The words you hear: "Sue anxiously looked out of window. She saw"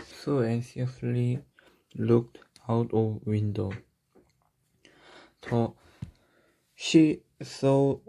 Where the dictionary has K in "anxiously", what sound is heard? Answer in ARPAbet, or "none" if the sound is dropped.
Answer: none